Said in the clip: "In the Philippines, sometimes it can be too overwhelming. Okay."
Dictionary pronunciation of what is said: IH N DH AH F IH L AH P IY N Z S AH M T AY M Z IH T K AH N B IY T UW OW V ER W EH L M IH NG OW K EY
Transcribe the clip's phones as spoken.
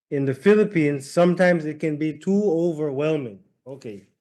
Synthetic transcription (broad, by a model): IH N DH AH F IH L AH P IY N Z S AH M T AY M Z IH T K AH N B IY T UW OW V ER W EH L M IH NG OW K EY